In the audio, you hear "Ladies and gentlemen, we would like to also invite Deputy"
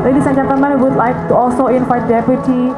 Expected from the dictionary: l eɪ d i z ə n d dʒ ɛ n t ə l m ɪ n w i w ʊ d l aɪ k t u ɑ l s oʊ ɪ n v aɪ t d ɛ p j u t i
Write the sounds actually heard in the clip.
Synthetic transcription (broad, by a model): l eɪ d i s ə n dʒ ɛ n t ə m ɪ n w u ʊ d l aɪ k t u ɑ l s oʊ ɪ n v aɪ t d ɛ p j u t i